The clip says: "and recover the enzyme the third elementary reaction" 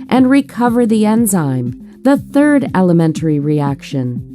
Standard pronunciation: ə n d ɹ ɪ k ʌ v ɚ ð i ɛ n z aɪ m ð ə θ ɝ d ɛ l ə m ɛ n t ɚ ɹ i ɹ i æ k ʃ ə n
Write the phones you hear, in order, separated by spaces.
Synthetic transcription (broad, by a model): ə n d ɹ ɪ k ʌ v ɚ ð i ɛ n z aɪ m ð ə θ ɝ d ɛ l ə m ɛ n t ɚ ɹ i ɹ i æ k ʃ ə n